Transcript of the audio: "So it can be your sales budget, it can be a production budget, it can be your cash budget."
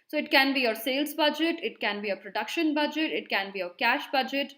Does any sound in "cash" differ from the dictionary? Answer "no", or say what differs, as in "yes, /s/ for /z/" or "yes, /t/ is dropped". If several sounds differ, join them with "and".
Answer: no